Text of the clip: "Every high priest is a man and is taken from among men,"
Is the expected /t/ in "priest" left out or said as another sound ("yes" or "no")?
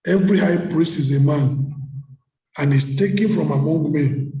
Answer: yes